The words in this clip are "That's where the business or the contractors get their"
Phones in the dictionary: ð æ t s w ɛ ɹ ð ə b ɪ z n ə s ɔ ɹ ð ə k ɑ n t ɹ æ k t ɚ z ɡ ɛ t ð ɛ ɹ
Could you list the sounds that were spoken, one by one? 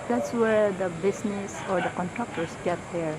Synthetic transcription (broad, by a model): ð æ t s w ɛ ɹ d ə b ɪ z n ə s ɔ ɹ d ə k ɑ n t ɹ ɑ k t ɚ s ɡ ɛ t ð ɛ ɹ